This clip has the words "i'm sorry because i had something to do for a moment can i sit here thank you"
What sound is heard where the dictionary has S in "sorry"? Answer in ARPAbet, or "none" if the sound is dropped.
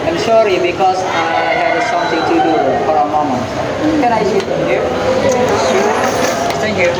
SH